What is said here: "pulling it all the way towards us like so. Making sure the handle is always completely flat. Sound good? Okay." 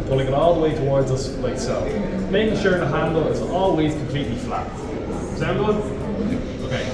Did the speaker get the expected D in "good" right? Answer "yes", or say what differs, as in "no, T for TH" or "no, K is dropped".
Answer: no, D is dropped